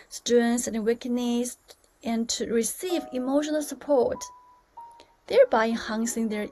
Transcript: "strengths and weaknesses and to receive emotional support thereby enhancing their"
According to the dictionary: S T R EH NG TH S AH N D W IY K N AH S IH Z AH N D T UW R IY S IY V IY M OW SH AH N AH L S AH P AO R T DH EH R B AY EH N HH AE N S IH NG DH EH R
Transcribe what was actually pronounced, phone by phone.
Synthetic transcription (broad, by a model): S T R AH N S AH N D W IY K AH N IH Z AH N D T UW R IY S IY V IY M OW SH AH N AH L S AH P AO R T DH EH R B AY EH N HH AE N S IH NG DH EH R